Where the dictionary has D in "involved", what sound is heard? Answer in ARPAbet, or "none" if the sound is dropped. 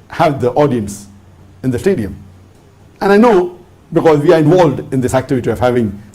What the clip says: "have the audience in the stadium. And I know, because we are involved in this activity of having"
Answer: D